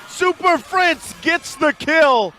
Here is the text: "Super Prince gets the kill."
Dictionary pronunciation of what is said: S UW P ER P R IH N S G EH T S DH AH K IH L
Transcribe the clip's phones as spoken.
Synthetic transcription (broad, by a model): S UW P ER F R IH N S G EH T S DH AH K IH L